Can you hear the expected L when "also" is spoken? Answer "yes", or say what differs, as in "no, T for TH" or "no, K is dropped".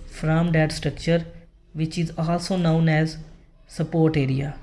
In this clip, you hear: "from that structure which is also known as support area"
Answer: no, L is dropped